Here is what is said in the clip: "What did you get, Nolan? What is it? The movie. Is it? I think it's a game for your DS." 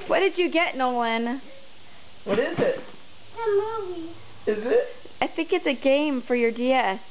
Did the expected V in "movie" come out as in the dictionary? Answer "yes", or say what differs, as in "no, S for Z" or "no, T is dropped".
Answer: no, W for V